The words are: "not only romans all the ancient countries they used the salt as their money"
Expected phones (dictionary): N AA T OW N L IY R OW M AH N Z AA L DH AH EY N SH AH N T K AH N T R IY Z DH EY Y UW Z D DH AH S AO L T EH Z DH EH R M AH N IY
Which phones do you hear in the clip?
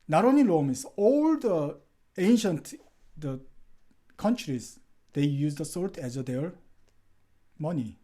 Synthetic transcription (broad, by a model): N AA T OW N IY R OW M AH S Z AA L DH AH EY N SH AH N T K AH N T R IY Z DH EY Y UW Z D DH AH S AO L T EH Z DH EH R M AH N IY